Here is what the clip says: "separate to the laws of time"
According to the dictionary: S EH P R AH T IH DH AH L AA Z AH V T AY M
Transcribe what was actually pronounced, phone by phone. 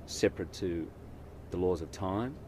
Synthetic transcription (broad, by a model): S EH P R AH T IH DH AH L AA Z AH V T AY M